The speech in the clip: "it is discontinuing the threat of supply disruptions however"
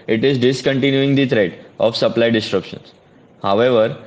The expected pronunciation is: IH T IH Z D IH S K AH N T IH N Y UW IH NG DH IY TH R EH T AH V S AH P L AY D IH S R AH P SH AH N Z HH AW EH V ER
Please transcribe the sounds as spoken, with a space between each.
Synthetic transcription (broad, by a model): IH T IH Z D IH S K AH N T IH N Y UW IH NG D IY T R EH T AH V S AH P L AY D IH S R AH P SH AH N S HH AW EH V ER